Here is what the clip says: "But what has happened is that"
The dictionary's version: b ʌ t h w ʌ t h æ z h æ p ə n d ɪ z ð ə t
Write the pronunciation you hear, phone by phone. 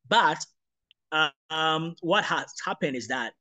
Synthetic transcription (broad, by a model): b ʌ t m w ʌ t h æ s h æ p ə n d ɪ z ð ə t